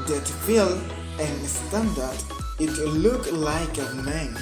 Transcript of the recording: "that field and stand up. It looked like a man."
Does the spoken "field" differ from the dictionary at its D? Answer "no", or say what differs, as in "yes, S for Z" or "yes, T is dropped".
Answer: yes, D is dropped